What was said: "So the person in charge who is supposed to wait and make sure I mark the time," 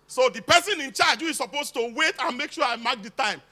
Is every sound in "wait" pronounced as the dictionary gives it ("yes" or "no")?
yes